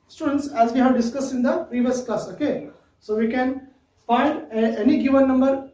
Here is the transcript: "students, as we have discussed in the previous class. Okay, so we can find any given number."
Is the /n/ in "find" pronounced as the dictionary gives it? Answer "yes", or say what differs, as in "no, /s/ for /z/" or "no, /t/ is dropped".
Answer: no, /n/ is dropped